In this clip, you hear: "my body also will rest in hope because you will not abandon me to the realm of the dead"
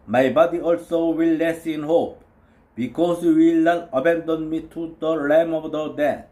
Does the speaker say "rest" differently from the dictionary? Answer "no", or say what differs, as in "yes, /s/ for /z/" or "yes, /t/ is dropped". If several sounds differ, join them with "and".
yes, /t/ is dropped